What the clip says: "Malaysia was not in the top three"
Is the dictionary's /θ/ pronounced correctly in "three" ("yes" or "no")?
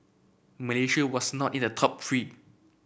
no